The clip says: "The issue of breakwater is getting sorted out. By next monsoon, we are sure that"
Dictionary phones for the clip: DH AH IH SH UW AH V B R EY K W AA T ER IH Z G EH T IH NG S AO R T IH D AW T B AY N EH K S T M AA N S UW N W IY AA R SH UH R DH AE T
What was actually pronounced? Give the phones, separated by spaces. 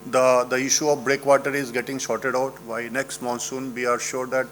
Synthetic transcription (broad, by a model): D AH IH SH UW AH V B R EY K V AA T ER IH Z G EH T IH NG SH AO R T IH D AW T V AY N EH K S T M AA N S UW N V IY AA R SH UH R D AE T